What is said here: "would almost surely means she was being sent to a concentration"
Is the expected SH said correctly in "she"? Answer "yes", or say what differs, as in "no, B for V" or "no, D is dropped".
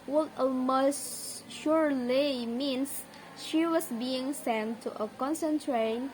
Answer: yes